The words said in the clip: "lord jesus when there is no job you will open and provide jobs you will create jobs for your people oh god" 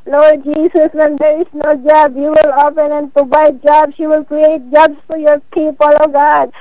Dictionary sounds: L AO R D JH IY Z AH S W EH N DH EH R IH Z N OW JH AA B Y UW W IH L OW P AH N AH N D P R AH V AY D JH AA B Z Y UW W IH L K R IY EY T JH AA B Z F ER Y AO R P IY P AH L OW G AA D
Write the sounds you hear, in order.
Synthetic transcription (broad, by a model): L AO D JH IY S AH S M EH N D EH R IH S N OW JH AA B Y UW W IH L OW P AH N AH N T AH B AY JH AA B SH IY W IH L K R IY EY T JH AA B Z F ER Y AO R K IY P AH L OW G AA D